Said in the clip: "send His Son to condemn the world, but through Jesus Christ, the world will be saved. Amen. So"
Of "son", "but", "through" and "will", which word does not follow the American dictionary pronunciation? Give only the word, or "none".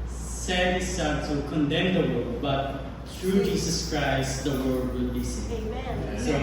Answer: son